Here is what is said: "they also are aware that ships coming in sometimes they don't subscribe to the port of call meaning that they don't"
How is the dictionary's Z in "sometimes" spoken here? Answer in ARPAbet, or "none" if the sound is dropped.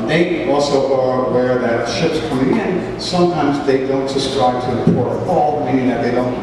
Z